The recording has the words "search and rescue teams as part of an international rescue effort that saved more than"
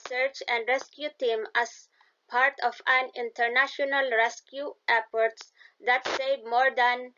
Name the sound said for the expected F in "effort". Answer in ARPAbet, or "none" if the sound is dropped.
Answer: P